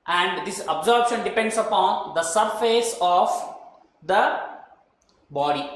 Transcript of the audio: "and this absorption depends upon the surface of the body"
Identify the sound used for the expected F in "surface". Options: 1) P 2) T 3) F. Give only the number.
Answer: 3